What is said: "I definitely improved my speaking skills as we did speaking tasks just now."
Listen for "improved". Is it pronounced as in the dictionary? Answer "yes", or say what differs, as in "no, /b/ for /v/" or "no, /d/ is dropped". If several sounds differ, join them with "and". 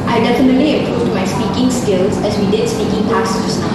no, /m/ is dropped